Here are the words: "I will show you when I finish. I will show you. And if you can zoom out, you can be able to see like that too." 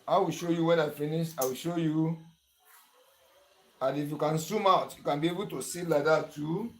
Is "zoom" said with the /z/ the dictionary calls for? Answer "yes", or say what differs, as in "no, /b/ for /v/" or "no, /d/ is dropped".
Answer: no, /s/ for /z/